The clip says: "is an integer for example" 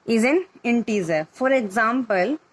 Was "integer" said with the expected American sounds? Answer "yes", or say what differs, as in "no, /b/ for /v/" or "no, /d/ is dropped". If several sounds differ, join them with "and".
no, /z/ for /dʒ/